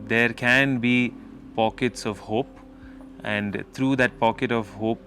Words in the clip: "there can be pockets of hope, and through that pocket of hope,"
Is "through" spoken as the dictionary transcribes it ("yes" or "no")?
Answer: no